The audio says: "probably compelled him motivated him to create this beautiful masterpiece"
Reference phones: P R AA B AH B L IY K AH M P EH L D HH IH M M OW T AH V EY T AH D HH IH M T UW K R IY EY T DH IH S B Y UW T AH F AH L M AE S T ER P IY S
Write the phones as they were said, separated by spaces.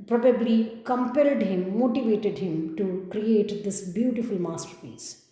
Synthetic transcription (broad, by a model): P R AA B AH B L IY K AH M P EH L D HH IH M M OW T AH V EY T AH D HH IH M T UW K R IY EY T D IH S B Y UW T AH F AH L M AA S T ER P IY S